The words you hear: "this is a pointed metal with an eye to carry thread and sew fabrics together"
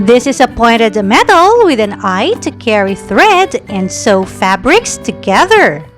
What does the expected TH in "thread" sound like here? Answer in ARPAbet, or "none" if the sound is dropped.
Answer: TH